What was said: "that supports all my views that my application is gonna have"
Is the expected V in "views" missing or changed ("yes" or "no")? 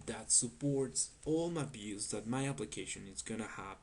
yes